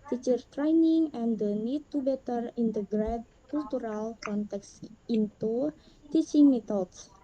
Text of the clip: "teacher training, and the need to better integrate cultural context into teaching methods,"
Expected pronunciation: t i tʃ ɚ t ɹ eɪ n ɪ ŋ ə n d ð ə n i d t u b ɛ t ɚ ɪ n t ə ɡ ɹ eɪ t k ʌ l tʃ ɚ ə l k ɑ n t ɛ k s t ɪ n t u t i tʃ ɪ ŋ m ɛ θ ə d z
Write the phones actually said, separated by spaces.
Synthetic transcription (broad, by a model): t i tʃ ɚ t ɹ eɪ n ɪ ŋ ə n d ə n i d t u b ɛ t ɚ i n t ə ɡ ɹ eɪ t k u l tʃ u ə l k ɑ n t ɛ k s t ɪ n t u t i s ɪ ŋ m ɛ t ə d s